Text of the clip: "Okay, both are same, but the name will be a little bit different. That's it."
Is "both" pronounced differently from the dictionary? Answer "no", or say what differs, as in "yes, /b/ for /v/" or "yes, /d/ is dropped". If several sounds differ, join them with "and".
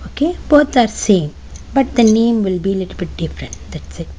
yes, /t/ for /θ/